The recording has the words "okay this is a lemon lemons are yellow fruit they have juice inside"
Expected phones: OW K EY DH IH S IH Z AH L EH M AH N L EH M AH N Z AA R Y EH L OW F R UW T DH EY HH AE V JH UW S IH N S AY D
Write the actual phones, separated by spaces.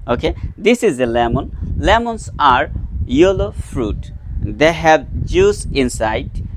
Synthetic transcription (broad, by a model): OW K EY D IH S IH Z AH L EH M AH N L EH M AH N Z AA R Y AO L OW F R UW T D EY HH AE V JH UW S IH N S AY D